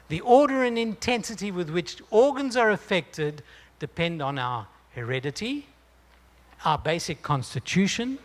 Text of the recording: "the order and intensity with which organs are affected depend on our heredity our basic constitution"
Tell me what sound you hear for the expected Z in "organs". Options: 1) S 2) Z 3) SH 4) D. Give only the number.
2